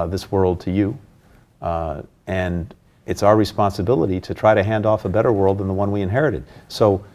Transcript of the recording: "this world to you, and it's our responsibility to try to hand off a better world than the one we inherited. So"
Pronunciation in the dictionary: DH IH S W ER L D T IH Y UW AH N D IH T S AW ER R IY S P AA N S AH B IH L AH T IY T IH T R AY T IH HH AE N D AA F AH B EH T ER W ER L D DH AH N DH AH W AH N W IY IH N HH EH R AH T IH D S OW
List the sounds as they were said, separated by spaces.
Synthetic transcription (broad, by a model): DH IH S W ER L D T IH Y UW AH N IH T S AW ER R IY S P AA N S AH B IH L AH T IY T IH T R AY T IH HH AE N D AA F AH B EH T ER W ER L D DH AH N DH AH W AH N W IY IH N HH EH R AH T IH D S OW